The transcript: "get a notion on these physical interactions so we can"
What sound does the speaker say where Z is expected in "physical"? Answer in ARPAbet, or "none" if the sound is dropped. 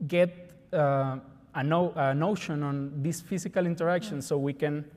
S